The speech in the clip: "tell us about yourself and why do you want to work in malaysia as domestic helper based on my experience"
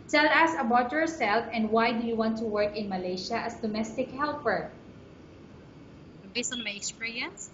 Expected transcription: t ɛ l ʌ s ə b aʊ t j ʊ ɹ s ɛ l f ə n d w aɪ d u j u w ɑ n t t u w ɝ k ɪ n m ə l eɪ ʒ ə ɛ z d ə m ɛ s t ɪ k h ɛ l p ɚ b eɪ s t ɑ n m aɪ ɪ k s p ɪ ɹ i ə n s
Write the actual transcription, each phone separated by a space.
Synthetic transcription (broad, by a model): t ɛ l ʌ s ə b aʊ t j ʊ ɹ s ɛ l f ə n d w aɪ d u j u w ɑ n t t u w ɝ k ɪ n m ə l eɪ ʃ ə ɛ s d ə m ɛ s t ɪ k h ɛ l p ɚ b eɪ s ɑ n m aɪ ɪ k s p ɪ ɹ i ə n s